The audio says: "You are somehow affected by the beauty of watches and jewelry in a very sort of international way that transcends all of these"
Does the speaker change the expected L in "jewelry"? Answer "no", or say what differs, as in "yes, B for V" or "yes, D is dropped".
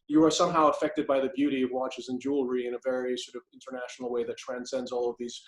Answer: no